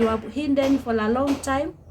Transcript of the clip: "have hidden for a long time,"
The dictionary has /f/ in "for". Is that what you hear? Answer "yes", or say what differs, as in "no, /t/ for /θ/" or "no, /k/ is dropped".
yes